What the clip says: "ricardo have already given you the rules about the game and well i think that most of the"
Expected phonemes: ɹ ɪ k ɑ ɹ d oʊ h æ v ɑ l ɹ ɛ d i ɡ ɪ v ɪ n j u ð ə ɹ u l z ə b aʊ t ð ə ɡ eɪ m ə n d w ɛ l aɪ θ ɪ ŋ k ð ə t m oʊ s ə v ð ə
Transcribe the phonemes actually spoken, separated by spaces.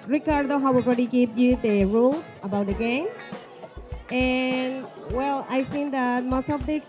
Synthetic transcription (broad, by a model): ɹ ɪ k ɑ ɹ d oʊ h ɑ w ɑ l ɹ ɛ d i ɡ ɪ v j u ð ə ɹ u l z ə b aʊ t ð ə ɡ eɪ m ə n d w ɛ l aɪ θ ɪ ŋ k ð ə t m oʊ s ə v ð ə